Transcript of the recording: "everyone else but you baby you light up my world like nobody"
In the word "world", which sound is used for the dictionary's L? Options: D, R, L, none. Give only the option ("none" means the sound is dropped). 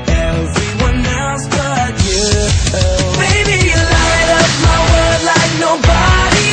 none